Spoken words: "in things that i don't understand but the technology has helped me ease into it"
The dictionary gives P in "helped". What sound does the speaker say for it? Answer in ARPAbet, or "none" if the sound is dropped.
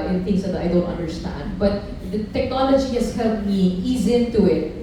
none